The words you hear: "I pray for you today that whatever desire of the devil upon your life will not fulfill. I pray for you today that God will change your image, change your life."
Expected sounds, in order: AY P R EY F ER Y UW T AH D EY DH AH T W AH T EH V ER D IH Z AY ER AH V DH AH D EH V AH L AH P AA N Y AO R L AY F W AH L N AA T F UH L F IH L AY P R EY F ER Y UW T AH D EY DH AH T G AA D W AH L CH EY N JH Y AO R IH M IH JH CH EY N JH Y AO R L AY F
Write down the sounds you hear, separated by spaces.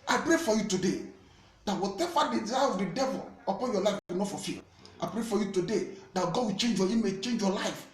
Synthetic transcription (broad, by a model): AY P R EY F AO Y UW T AH D EY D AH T W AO T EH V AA D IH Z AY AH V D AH D EH V AH L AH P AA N Y AO L AY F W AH N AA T F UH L F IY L AY P R EY F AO Y UW T AH D EY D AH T G AA D W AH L CH EY N JH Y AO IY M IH CH EY N JH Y AO L AY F